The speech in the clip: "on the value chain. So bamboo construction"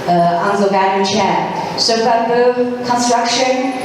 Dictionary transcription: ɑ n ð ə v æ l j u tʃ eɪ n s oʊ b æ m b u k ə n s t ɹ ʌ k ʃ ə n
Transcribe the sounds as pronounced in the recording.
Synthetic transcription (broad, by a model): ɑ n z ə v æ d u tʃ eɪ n s oʊ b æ b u k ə n s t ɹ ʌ k ʃ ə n